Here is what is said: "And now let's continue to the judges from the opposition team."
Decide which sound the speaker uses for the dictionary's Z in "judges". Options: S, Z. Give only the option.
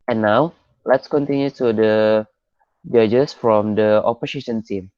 S